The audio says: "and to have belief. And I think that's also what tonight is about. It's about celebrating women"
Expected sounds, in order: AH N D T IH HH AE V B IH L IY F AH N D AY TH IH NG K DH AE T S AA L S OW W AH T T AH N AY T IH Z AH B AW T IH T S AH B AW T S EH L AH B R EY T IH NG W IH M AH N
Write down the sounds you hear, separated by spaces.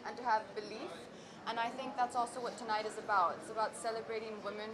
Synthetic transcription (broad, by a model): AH N T IH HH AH V B IH L IY F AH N AY TH IH NG K DH AE T S AA L S OW W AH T T AH N AY T IH Z AH B AW T IH T S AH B AW T S EH L AH B R EY T IH NG W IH M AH N